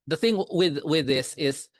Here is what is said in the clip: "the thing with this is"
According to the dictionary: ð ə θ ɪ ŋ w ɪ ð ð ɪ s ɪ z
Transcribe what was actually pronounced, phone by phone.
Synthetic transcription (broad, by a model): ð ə θ ɪ ŋ w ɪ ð ð ɪ s ɪ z